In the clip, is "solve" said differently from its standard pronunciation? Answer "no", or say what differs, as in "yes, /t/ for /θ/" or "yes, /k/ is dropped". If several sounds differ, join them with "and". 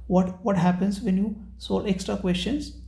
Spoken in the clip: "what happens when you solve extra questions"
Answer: yes, /v/ is dropped